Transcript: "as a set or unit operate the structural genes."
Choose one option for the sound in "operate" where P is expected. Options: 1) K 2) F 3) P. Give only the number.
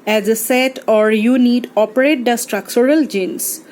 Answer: 3